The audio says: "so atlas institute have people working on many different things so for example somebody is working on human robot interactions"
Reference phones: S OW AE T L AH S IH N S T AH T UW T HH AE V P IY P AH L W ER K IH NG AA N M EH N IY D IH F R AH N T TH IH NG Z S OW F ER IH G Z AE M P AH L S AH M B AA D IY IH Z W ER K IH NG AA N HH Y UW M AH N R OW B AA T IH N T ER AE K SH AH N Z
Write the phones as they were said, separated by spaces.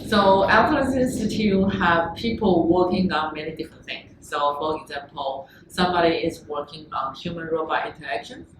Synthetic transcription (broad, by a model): S OW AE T N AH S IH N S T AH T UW HH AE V P IY P AH L W ER K IH NG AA N M EH N IY D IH F R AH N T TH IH NG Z S OW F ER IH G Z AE M P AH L S AH M B AA D IY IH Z W ER K IH NG AA N HH Y UW M AH N R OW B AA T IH N T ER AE K SH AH N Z